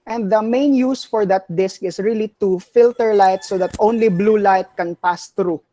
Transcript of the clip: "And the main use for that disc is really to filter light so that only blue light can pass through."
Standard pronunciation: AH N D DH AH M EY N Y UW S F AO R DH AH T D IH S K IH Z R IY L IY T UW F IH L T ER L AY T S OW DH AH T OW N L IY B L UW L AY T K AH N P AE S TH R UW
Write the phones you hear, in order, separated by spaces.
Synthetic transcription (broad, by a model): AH N D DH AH M EY N Y UW S F AO R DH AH T D IH S K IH S R IY L IY T UW F IH L T ER L AY T S OW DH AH T OW N L IY B L UW L AY T K AH N P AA S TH R UW